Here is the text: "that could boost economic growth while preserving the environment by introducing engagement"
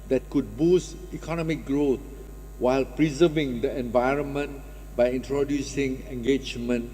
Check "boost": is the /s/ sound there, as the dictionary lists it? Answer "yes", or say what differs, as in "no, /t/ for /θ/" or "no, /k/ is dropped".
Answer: yes